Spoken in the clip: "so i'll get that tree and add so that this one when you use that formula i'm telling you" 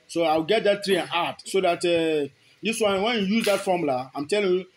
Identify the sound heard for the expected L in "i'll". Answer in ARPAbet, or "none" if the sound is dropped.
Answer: W